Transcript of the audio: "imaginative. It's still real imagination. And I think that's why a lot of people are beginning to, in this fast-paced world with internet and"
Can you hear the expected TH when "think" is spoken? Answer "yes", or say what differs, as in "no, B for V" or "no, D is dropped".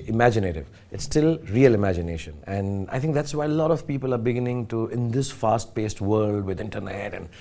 no, T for TH